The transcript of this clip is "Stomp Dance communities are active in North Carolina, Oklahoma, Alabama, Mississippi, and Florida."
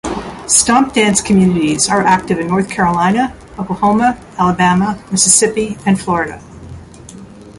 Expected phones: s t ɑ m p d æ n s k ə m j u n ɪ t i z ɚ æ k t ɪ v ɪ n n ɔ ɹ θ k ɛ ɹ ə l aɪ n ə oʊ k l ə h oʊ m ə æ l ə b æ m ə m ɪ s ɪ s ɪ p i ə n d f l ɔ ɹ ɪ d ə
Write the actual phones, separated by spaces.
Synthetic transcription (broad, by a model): s t ɑ m p d æ n s k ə m j u n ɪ t i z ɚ æ k t ɪ v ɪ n n ɔ ɹ θ k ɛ ɹ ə l aɪ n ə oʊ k ə h oʊ m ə æ l ə b æ m ə m ɪ s ɪ s ɪ p i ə n f l ɔ ɹ ɪ d ə